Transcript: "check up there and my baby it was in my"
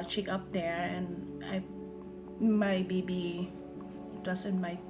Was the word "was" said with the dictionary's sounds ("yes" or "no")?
no